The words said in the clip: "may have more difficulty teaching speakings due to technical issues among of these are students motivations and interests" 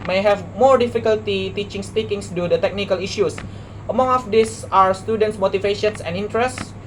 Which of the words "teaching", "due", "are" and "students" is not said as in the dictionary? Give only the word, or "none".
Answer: are